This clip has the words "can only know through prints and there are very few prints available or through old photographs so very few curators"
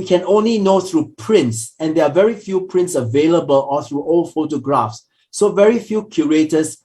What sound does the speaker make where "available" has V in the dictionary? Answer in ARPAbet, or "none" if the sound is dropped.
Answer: V